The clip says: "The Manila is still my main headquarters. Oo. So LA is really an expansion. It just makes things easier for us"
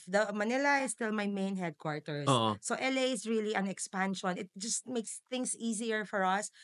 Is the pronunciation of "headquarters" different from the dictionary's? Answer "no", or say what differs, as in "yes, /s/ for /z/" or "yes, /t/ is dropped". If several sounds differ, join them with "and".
yes, /s/ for /z/